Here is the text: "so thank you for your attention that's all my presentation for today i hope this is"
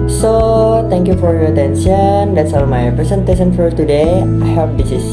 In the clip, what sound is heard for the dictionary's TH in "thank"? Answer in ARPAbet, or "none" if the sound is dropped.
T